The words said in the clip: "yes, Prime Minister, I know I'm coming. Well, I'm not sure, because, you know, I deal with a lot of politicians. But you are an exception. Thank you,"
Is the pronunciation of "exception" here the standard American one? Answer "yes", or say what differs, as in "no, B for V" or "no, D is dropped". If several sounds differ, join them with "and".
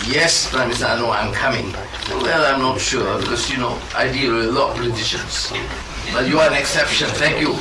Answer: yes